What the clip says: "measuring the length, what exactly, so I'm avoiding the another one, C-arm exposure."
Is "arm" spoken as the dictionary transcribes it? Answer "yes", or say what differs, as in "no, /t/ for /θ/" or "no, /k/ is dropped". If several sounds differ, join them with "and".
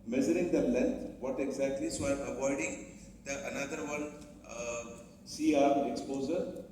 no, /m/ is dropped